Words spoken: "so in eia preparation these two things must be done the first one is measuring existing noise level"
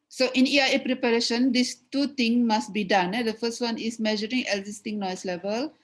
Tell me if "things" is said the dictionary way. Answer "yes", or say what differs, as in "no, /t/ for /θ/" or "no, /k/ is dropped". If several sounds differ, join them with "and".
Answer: no, /t/ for /θ/ and /z/ is dropped